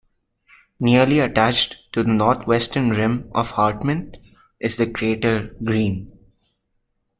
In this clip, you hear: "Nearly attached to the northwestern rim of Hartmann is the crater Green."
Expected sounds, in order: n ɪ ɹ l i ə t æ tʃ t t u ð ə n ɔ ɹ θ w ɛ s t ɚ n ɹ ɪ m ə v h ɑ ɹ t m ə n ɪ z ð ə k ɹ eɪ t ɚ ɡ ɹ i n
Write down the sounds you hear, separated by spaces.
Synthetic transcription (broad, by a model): n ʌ ɹ l i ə t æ tʃ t t u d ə n ɔ ɹ t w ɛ s t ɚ n ɹ ɪ m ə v h ɑ ɹ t m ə n ɪ z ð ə k ɹ eɪ t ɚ ɡ ɹ i n